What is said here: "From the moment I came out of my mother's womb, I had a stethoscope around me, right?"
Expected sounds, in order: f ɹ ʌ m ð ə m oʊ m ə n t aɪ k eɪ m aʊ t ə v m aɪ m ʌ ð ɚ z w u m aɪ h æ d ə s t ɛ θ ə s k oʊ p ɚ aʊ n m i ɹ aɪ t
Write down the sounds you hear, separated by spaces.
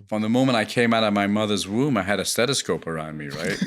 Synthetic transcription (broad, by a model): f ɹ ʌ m ð ə m oʊ m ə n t aɪ k eɪ m aʊ t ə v m aɪ m ʌ ð ɚ z w u m aɪ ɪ d ə s t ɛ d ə s k oʊ p ɚ aʊ n m i ɹ aɪ t